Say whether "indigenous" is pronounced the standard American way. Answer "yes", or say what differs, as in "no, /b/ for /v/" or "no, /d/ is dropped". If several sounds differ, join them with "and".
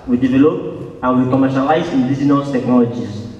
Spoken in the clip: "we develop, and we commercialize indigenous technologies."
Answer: no, /z/ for /dʒ/